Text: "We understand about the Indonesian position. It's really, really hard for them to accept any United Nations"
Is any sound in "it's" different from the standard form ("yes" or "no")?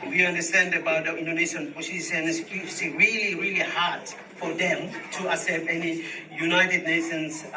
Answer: yes